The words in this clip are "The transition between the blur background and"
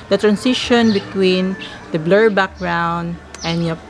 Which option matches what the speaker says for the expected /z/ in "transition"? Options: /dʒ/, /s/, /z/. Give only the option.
/s/